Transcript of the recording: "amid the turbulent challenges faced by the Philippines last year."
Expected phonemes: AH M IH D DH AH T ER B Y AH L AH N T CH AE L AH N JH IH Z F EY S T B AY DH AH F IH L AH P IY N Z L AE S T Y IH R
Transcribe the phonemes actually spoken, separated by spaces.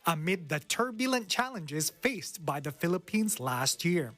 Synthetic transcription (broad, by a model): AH M IH D DH AH T ER B Y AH L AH N CH AE L AH N JH IH Z F EY S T B AY DH AH F IH L AH P IY N Z L AE S T Y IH R